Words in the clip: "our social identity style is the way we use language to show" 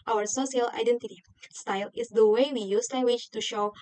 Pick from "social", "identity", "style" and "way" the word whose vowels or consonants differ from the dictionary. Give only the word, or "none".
social